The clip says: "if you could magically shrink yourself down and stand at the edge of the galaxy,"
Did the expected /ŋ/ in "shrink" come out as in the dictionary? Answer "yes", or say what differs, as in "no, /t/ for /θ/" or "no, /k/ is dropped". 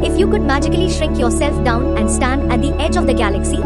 no, /ŋ/ is dropped